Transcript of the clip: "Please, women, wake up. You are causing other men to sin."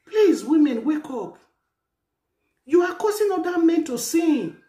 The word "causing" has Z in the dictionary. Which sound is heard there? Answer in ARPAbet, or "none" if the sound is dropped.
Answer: S